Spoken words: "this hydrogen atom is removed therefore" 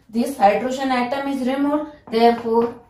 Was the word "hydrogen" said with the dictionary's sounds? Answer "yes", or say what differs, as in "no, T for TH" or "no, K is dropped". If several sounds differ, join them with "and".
no, SH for JH